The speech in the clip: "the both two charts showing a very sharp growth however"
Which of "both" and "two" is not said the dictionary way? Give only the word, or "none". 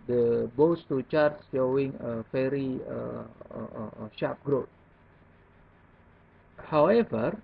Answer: both